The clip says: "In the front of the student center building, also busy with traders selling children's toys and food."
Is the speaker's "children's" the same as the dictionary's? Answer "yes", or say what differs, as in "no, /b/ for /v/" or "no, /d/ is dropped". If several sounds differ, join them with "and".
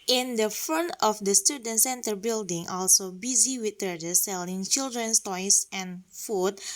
no, /s/ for /z/